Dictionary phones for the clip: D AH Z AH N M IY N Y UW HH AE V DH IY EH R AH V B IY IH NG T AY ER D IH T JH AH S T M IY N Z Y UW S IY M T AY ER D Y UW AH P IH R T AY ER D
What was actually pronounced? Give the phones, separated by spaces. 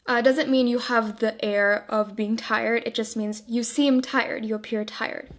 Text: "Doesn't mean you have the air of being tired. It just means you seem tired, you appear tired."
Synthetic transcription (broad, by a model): D AH Z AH N M IY N Y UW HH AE V DH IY EH R AH V B IY IH NG T AY ER D IH T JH AH S T M IY N Z Y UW S IY M T AY ER D Y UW AH P IH R T AY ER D